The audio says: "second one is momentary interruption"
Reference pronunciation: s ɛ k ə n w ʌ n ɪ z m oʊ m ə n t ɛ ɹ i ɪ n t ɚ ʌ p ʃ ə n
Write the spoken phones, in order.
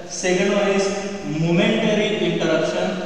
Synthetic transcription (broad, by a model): s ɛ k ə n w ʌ ɪ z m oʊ m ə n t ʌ ɹ i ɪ n t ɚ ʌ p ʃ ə n